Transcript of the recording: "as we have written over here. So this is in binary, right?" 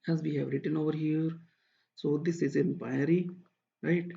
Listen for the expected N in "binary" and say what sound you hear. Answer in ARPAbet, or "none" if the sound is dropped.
none